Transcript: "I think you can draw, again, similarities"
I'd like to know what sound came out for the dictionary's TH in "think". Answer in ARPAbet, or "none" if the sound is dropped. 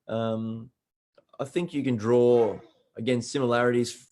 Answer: TH